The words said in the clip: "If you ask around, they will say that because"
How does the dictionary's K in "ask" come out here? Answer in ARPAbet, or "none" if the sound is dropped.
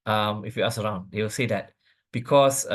none